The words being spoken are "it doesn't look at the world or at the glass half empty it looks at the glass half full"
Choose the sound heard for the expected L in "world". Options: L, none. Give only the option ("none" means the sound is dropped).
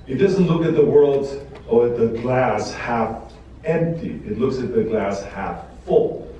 L